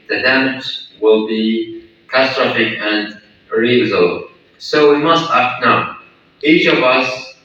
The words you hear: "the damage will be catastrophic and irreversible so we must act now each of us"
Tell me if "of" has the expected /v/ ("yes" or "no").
yes